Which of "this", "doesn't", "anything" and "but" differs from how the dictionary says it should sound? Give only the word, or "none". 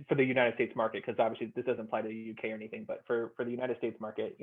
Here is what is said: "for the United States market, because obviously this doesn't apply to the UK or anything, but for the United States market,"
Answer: none